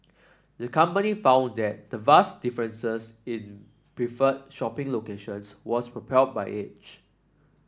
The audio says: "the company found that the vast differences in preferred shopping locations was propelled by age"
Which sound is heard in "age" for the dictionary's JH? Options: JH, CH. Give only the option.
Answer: CH